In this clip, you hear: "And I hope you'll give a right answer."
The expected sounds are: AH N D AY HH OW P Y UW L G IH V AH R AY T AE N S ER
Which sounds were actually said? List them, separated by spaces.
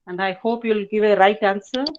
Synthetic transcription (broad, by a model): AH N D AY HH OW P Y UW L G IH V AH R AY T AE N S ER